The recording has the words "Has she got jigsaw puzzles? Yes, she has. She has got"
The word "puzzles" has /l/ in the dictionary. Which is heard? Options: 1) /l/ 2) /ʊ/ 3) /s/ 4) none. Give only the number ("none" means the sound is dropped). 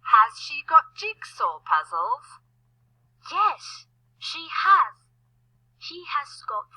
1